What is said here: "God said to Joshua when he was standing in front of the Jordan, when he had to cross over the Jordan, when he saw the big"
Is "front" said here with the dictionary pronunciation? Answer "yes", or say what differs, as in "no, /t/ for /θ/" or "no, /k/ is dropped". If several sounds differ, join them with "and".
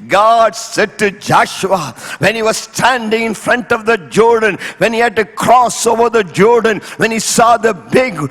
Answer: yes